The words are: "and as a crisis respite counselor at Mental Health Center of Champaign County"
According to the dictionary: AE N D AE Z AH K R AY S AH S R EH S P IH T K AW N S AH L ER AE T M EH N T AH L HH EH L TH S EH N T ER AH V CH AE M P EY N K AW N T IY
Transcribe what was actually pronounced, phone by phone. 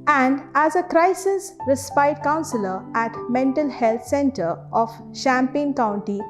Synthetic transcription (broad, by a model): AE N D AE Z AH K R AY S AH S R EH S P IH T K AW N S AH L ER AE T M EH N T AH L HH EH L T S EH N T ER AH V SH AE M P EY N K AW N T IY